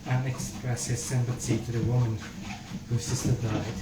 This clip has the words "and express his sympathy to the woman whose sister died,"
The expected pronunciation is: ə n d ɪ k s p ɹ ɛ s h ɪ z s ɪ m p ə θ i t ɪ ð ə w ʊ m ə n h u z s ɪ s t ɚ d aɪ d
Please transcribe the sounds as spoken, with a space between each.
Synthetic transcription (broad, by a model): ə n ɪ k s p ɹ ɛ s h ɪ z s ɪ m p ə s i t ɪ ð ə w ʊ m ə n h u s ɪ s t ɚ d aɪ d